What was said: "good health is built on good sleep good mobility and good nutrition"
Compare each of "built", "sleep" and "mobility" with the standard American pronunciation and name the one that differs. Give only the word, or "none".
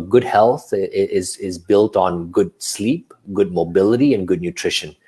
none